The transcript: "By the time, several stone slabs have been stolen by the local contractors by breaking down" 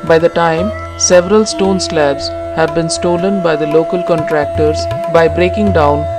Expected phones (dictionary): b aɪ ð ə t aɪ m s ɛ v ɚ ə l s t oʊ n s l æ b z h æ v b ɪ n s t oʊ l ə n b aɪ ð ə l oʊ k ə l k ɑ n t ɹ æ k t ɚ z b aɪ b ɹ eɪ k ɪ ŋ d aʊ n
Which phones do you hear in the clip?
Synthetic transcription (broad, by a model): b aɪ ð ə t aɪ m s ɛ v ɚ ə l s t oʊ n s l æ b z h æ v b ɪ n s t oʊ l ə n b aɪ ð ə l oʊ k ə l k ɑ n t ɹ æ k t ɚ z b aɪ b ɹ eɪ k ɪ ŋ d aʊ n